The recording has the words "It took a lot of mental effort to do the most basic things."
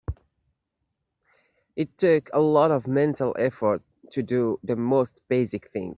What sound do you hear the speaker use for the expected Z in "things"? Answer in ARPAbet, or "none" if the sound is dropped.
none